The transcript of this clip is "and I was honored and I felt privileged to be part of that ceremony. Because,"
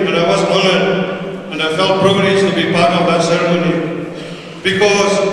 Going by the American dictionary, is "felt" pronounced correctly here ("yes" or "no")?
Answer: yes